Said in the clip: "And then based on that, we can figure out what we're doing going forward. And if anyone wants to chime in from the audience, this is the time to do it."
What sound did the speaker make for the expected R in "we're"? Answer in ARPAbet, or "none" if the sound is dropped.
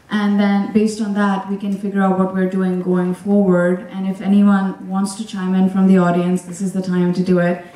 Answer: R